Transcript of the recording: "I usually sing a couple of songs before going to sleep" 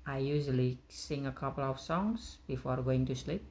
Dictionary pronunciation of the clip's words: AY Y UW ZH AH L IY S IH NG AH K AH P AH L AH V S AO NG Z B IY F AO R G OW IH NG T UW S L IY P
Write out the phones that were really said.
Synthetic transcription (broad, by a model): AY Y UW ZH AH L IY S IH NG AH K AH P AH L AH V S AO NG S B IY F AO R G OW IH NG T UW S L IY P